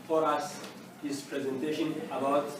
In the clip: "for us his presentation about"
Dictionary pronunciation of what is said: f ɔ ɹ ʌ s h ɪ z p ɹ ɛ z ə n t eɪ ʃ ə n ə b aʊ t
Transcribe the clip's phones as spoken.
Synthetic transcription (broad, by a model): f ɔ ɹ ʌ s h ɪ s p ɹ ɛ z ə n t eɪ ʃ ə n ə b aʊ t